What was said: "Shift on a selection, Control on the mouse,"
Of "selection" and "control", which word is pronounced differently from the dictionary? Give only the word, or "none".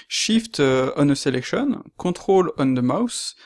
control